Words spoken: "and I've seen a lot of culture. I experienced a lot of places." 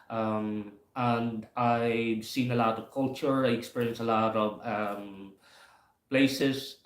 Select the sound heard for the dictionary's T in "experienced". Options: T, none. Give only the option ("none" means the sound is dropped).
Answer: none